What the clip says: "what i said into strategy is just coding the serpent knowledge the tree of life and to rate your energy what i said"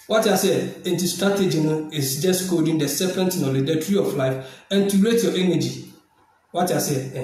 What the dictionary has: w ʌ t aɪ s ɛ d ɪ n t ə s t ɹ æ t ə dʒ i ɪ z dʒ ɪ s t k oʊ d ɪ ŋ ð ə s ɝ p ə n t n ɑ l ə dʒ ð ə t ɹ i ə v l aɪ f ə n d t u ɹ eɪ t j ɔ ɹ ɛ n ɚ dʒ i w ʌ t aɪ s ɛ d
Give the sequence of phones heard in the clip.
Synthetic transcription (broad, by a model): w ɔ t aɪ s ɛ ɪ n t ə s t ɹ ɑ t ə dʒ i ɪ s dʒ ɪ s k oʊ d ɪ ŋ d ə s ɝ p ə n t n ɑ l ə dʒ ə t ɹ i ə f l aɪ f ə n t u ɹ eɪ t j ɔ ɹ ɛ n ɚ dʒ i w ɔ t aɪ s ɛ